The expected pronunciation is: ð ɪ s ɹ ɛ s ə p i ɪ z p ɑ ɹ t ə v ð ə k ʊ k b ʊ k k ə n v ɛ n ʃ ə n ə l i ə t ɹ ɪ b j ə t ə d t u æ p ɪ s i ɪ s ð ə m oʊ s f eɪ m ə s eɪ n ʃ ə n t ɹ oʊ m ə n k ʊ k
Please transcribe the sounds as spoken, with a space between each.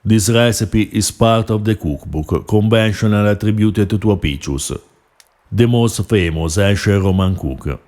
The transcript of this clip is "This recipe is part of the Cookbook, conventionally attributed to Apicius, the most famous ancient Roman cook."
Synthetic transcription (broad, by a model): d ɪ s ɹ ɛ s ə p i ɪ s p ɑ ɹ t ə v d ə k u k b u k k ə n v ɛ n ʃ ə n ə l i t ɹ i b j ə t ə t t u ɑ p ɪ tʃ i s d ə m oʊ s f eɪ m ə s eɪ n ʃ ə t ɹ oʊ m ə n k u k